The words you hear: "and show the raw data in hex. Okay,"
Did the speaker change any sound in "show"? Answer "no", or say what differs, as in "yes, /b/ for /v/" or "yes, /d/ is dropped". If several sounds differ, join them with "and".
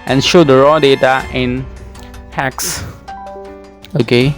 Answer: no